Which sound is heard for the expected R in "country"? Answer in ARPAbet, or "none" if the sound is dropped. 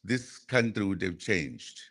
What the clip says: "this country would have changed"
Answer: R